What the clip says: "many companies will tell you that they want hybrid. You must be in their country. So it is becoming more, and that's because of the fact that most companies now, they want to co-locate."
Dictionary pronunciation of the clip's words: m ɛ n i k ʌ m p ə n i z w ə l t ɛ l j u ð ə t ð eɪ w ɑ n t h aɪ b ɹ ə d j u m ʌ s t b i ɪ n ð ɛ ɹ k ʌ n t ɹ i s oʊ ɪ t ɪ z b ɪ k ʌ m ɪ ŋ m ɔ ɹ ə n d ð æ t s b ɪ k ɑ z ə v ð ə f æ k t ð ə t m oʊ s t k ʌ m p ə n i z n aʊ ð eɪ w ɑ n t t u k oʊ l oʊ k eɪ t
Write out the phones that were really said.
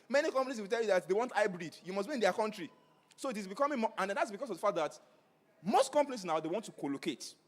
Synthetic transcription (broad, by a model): m ɛ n i k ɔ m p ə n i s w ə l t ɛ l j u ð ə t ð eɪ w ɑ n t aɪ b ɹ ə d j u m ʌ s b i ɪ n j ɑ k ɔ n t ɹ i s oʊ ɪ t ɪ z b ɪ k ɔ m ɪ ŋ m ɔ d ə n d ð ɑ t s b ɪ k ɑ s ə v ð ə f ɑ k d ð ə t m oʊ s t k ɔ m p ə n i s n aʊ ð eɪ w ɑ n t t u k oʊ l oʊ k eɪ t